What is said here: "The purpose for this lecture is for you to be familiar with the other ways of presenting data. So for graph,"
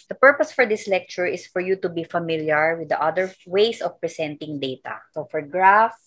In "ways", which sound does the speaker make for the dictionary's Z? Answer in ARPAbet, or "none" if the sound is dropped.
S